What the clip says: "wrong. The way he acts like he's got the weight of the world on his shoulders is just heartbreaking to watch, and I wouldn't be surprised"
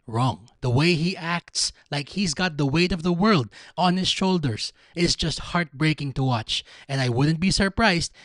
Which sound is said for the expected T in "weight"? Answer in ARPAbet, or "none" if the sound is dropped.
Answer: T